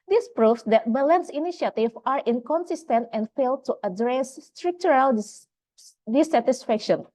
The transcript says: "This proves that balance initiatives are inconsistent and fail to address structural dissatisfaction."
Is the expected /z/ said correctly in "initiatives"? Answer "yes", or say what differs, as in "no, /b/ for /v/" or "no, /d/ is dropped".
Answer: no, /z/ is dropped